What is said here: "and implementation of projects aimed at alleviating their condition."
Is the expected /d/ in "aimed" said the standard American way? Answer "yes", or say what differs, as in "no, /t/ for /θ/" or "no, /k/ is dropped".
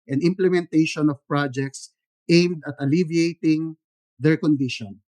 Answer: yes